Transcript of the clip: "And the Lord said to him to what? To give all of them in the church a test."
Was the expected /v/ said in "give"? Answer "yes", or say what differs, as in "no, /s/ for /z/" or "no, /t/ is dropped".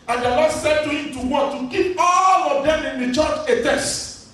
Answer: no, /p/ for /v/